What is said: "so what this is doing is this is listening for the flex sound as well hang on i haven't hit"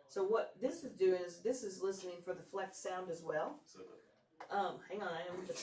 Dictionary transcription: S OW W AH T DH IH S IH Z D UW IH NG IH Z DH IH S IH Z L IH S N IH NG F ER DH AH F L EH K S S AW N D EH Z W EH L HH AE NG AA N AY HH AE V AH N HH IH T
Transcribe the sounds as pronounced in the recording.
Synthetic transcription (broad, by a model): S OW W AH T DH IH S IH Z D UW IH NG IH Z DH IH S IH Z L IH S N IH NG F ER DH AH F L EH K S S AW N D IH Z W EH L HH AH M HH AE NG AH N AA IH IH